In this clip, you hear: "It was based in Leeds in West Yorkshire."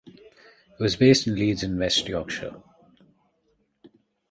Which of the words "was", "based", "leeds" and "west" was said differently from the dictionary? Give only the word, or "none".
none